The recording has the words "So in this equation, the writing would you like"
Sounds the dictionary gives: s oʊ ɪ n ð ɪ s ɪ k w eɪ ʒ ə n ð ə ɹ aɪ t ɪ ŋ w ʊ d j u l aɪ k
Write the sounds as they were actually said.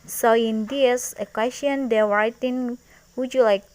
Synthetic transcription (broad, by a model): s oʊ ɪ n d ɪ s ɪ k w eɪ s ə n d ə w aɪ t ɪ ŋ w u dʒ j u l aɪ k